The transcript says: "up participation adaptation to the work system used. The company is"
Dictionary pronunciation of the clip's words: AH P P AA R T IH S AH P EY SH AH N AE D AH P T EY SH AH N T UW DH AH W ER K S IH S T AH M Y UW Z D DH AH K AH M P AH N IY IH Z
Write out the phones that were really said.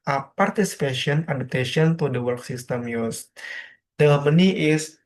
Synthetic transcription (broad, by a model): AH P P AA R T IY S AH P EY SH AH N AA D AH P T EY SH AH N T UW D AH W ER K S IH S T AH M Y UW S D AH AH M AH N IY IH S